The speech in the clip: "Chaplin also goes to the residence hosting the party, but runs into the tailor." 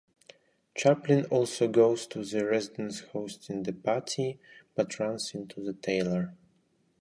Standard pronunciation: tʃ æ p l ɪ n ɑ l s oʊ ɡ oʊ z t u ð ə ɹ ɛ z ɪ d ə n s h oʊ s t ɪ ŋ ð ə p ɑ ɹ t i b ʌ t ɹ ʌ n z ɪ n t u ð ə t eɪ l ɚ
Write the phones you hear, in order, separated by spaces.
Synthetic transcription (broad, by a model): tʃ æ p l ɪ n ɑ l s oʊ ɡ oʊ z t u ð ə ɹ ɛ z ɪ d ə n s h oʊ s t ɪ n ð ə p ɑ ɹ t i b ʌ t ɹ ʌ n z ɪ n t u ð ə t eɪ l ɚ